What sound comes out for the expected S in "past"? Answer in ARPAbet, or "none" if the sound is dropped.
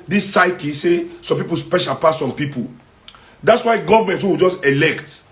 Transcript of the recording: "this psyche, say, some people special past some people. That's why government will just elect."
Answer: none